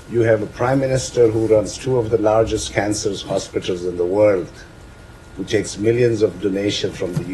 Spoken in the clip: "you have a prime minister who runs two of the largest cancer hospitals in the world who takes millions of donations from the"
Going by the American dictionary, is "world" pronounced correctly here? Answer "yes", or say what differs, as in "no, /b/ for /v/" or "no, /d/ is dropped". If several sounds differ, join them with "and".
yes